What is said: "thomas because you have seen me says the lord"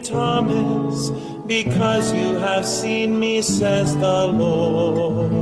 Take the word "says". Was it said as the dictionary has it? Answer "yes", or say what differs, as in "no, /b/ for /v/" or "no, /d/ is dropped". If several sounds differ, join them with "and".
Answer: yes